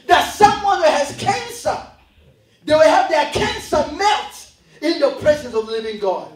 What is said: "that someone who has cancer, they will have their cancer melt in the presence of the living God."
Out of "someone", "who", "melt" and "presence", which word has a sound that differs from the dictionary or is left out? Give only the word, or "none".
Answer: melt